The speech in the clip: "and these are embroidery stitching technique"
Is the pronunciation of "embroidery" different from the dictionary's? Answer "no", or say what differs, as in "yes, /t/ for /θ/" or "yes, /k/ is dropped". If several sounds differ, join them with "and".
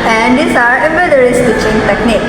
yes, /ɹ/ is dropped